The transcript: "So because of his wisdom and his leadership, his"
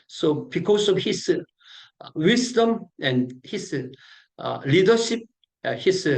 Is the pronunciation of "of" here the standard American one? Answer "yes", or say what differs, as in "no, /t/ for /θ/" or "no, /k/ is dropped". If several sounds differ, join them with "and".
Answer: no, /f/ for /v/